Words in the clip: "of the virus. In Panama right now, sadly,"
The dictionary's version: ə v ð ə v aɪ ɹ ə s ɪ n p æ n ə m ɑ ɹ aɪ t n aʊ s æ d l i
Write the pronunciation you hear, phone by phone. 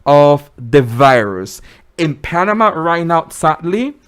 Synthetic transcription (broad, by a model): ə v ð ə v aɪ ɹ ə s ɪ n p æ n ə m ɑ ɹ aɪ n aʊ s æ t l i